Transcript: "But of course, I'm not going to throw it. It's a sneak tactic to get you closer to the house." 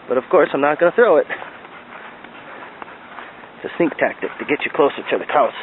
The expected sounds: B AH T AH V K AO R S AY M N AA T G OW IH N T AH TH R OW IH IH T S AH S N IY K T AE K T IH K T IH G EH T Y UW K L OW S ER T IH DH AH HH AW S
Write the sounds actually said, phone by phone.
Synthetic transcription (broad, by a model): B AH T AH V K AO R S AY M N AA T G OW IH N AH TH R OW IH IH T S AH S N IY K T AE K T IH K T IH G EH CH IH K L OW S ER T IH DH AH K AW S